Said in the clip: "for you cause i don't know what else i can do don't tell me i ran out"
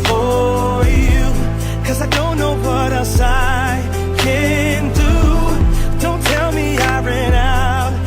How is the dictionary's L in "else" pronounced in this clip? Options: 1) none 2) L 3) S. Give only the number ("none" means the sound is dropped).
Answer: 1